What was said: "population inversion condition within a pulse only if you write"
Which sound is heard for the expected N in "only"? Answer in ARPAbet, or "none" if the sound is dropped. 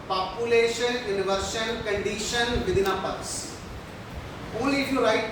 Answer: none